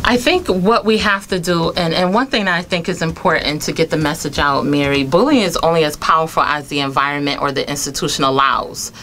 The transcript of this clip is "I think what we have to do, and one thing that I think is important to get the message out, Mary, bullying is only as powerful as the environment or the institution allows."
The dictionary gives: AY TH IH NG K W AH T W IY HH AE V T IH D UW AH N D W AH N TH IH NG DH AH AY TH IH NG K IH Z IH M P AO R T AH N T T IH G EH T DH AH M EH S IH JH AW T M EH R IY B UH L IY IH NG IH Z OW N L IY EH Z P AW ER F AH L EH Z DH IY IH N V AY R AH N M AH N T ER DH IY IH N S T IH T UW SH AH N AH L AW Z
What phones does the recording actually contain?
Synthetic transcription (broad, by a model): AY TH IH NG K W AH T W IY HH AE F T IH D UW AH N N W AH N TH IH NG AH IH TH IH NG K IH Z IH M P AO R T N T T IH G EH T DH AH M EH S IH JH AW T M EH R IY B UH L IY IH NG IH Z OW N L IY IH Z P AW ER F L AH Z DH IY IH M V AY R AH N M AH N T ER DH IY IH N S T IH T UW SH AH N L L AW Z